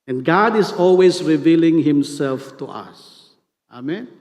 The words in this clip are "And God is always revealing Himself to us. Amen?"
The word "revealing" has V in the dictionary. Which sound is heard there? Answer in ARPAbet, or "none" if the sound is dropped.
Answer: V